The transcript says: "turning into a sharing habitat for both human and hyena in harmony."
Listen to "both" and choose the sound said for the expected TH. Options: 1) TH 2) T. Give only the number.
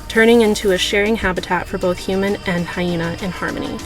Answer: 1